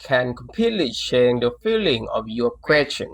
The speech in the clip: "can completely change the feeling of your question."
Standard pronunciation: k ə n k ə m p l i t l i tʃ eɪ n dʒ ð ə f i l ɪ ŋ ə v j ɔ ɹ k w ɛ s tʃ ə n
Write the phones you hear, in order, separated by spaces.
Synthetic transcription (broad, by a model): k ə n k ə m p l i t l i ʃ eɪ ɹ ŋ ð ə f i l ɪ ŋ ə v j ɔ k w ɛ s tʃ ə n